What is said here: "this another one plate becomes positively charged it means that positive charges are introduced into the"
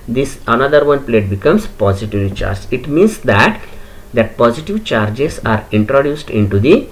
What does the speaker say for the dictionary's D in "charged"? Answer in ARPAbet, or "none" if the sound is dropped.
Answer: none